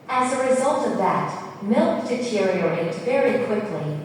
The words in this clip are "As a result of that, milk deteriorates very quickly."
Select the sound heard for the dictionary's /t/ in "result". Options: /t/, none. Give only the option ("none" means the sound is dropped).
/t/